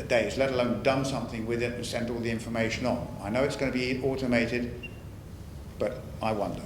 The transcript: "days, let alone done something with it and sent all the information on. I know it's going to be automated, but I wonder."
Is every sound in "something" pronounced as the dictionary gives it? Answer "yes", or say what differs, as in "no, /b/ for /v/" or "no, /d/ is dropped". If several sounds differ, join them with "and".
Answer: yes